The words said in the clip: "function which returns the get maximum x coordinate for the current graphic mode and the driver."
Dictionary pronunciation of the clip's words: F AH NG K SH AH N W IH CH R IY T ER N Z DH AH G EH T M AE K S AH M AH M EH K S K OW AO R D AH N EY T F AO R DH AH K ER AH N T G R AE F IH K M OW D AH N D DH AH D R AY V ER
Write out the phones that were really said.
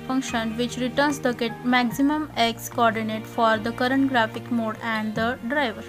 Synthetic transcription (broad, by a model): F AH NG K SH AH N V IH CH R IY T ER N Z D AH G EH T M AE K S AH M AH M EH K S K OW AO R D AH N EY T F AO R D AH K ER AH N T G R AE F IH K M OW D AH N D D AH D R AY V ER